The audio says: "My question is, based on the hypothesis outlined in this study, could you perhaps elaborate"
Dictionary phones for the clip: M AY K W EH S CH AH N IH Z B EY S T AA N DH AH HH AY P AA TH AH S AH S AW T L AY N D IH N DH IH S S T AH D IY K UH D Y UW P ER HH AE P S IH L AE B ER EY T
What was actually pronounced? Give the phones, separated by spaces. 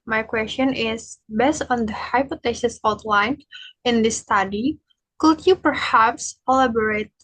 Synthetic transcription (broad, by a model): M AY K W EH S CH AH N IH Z B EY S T AA N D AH HH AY P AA T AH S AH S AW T L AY N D IH N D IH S S T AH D IY K UH D Y UW P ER HH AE P S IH L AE B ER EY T